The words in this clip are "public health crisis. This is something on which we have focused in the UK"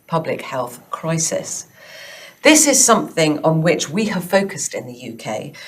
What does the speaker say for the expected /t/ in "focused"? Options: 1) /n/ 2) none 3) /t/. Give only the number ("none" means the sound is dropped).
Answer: 3